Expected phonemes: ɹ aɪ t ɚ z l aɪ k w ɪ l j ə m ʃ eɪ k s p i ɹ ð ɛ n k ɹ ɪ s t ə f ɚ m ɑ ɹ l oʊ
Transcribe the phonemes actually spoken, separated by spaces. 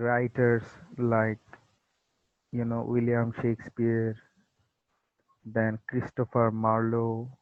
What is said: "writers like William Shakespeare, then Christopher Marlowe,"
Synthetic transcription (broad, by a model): ɹ aɪ t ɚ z l aɪ k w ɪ l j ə m ʃ eɪ k s p i ɹ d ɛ n k ɹ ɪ s t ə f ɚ m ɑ ɹ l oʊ